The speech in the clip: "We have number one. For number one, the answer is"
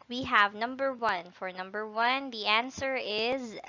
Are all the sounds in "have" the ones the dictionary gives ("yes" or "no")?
yes